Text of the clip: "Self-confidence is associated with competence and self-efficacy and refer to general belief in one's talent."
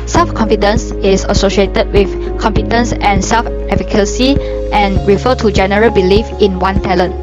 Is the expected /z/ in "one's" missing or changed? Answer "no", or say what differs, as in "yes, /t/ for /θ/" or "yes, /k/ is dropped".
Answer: yes, /z/ is dropped